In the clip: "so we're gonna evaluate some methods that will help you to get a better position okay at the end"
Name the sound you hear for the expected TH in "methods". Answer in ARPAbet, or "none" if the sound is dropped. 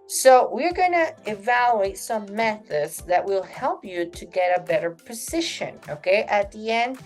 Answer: TH